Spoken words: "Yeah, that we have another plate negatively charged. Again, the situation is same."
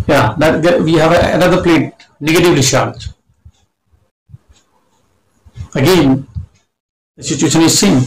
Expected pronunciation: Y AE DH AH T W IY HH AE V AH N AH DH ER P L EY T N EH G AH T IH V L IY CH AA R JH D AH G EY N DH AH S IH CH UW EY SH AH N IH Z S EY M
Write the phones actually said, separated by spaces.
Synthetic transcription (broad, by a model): Y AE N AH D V IY HH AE V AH N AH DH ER P L EY T N EH G AH T IH V L IY SH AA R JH AH G EY N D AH S IH CH UW EY SH AH N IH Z S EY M